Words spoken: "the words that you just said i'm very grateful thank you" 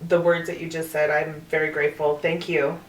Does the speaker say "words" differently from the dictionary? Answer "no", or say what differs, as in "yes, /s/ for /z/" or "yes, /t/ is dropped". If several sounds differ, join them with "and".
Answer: no